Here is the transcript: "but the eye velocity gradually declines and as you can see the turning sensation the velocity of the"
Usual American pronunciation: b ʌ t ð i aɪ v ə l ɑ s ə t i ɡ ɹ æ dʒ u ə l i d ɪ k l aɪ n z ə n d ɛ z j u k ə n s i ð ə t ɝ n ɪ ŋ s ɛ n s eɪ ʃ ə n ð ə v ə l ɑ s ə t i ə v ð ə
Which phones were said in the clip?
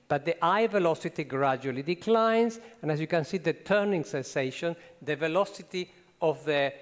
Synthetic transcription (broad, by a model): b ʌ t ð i aɪ v ə l ɑ s ə t i ɡ ɹ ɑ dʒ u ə l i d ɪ k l aɪ n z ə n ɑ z j u k ə n s i ð ə t ɝ n ɪ ŋ s ɛ n s eɪ ʃ ə n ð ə v ə l ɑ s ə t i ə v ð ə